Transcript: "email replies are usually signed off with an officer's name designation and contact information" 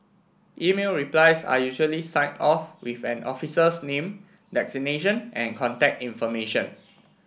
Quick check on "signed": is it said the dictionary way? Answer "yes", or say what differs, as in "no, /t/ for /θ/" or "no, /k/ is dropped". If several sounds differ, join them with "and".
no, /d/ is dropped